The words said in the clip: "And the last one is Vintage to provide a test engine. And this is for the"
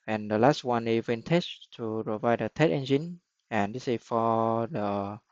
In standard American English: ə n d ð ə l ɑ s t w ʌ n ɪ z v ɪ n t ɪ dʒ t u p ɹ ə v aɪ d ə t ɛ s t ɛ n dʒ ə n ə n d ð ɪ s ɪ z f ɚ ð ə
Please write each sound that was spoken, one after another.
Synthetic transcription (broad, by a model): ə n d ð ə l ɑ s t w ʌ n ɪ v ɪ n t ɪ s t u p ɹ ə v aɪ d ə t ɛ t ɛ n dʒ ə n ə n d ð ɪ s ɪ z f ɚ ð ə